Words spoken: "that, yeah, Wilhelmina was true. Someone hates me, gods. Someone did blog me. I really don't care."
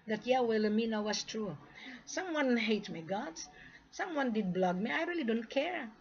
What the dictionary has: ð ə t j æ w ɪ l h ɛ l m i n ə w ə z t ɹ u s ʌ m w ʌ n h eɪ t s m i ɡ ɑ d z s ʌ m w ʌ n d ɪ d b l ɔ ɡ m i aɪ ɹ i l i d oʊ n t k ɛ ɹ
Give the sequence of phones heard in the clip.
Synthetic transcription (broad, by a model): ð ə t j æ w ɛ l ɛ m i n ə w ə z t ɹ u s ʌ m w ʌ n h eɪ t m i ɡ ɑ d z s ʌ m w ʌ n d ɪ d b l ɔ ɡ m i aɪ ɹ i l i d oʊ n t k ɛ ɹ